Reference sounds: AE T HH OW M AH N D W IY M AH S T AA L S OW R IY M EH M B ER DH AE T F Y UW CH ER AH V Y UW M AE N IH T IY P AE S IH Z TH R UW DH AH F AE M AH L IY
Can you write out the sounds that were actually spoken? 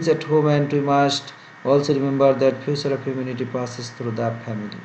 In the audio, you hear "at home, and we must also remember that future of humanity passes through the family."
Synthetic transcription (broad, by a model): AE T HH OW M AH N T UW M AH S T AA L S OW R IY M EH M B ER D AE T P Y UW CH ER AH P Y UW M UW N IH T IY P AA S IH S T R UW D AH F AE M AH L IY